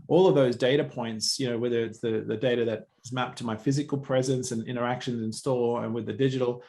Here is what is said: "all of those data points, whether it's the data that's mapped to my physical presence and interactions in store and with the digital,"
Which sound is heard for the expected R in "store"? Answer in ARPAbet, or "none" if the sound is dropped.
L